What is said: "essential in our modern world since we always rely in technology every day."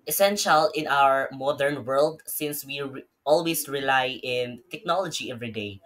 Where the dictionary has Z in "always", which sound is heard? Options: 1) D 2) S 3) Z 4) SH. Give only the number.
2